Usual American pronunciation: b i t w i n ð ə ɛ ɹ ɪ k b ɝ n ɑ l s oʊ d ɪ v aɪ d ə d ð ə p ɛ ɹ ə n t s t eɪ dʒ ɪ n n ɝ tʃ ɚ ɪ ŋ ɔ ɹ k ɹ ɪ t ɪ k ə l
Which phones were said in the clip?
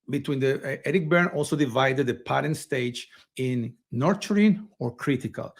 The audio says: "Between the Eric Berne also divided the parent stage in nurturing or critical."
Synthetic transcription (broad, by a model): b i t w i n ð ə ɛ ɹ ɪ k b ɝ n ɑ l s oʊ d ɪ v aɪ d ə d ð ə p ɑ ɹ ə n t s t eɪ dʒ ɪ n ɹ tʃ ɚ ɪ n ɔ ɹ k ɹ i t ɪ k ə l